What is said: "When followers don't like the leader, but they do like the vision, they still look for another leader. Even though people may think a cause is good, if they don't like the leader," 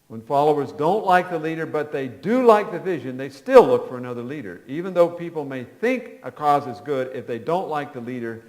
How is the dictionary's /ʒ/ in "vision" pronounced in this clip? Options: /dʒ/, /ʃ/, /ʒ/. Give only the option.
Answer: /ʒ/